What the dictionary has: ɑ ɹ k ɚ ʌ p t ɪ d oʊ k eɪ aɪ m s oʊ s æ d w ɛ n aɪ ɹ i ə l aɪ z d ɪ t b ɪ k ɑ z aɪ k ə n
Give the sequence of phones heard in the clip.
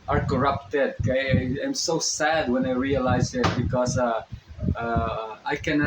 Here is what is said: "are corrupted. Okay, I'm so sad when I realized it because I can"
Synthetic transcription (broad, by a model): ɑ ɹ k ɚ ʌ p t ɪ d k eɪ aɪ m s oʊ s æ d w ɛ n aɪ ɹ i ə l aɪ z ɪ t b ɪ k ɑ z aɪ k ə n